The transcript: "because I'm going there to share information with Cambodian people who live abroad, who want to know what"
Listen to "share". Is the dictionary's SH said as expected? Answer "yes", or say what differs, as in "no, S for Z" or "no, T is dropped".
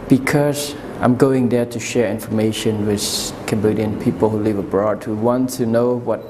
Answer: yes